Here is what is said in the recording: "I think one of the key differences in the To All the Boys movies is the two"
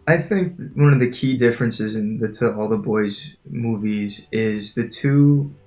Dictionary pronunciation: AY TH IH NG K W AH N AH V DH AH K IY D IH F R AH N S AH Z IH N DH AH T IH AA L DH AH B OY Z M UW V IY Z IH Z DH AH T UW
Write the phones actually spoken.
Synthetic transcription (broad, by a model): AY TH IH NG K W AH N AH V DH AH K IY D IH F R AH N S AH Z IH N DH AH T IH AA L DH AH B OY Z M UW V IY Z IH Z DH AH T UW